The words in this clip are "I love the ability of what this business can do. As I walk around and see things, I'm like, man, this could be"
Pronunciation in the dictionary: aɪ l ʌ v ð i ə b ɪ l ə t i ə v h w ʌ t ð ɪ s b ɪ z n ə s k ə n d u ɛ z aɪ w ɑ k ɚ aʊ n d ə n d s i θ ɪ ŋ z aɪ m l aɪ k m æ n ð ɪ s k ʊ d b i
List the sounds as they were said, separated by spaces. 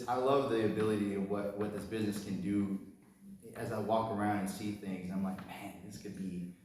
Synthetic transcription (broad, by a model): aɪ l ʌ v ð i ə b ɪ l ə t i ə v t w ʌ t ð ɪ s b ɪ z n ə s k ə n d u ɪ z aɪ w ɑ k ɚ aʊ n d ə n s i θ ɪ ŋ z aɪ m l aɪ k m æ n ð ɪ s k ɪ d b i